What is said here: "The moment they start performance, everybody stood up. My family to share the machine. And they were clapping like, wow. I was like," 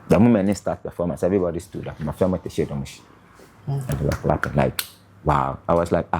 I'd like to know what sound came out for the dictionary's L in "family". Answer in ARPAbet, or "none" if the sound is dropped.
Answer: none